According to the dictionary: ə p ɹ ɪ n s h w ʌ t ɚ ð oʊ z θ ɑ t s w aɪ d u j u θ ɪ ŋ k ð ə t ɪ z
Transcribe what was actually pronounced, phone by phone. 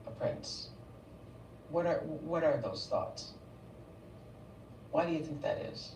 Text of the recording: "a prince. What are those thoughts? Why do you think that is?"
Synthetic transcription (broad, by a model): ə p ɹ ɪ n s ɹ w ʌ t ɚ ð oʊ z θ ɑ t s w aɪ d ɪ j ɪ θ ɪ ŋ k ð ə t ɪ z